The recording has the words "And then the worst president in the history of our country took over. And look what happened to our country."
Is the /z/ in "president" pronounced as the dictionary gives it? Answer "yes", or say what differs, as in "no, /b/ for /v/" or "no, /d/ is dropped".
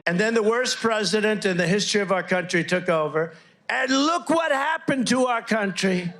yes